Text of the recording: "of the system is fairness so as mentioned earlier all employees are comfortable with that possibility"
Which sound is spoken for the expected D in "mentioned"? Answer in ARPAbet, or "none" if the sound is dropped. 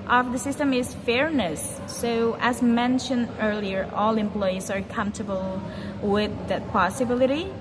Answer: D